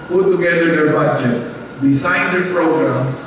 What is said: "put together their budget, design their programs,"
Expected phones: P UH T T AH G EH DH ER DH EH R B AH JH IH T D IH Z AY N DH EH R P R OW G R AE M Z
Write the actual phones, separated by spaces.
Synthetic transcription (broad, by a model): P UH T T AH G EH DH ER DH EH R B AH JH IH T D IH S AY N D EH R P R OW G R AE M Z